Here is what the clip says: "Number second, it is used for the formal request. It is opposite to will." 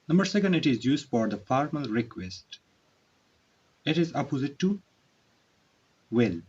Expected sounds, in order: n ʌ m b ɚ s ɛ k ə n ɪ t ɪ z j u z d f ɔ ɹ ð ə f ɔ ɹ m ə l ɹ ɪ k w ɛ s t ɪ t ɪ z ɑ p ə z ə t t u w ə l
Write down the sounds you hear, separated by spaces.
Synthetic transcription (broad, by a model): n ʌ m b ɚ s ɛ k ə n ɪ t ɪ z j u z d f ɔ ɹ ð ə f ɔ ɹ m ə l ɹ ɪ k w ɛ s t ɪ t ɪ z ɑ p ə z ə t t u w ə l